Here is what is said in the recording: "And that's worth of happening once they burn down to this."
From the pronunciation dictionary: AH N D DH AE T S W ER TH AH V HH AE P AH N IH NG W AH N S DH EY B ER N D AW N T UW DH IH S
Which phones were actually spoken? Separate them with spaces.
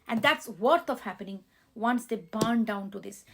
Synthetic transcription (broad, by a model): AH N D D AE T S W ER T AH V HH AE P AH N IH NG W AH N S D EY B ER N D AW N T UW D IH S